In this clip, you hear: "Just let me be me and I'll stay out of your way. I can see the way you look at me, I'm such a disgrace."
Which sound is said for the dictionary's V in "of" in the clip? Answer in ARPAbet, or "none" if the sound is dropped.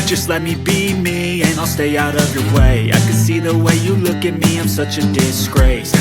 V